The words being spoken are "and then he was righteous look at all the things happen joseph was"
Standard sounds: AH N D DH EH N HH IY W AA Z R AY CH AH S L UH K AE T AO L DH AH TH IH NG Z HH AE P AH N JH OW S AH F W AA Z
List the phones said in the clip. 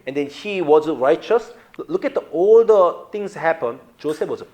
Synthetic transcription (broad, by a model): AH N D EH N HH IY W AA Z R AY CH AH S L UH K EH T AO L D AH T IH NG S HH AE P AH N JH OW S AH F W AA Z